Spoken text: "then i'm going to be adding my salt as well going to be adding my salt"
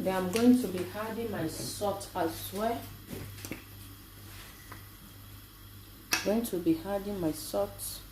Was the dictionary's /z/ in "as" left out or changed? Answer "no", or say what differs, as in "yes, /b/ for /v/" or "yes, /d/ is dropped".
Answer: yes, /s/ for /z/